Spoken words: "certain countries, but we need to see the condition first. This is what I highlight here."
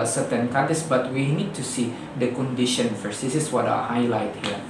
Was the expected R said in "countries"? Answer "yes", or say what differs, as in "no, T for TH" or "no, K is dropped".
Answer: no, R is dropped